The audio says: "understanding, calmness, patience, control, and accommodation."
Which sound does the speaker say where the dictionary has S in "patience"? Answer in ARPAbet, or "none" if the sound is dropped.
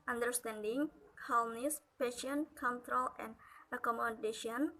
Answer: none